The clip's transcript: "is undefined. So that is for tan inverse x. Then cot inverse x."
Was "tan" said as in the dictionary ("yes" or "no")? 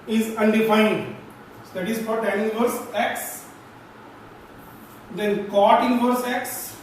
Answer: no